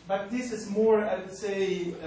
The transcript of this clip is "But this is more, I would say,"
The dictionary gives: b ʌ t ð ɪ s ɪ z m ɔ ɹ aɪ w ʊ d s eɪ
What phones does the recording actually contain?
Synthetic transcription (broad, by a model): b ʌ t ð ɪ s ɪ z m ɔ ɹ aɪ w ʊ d s eɪ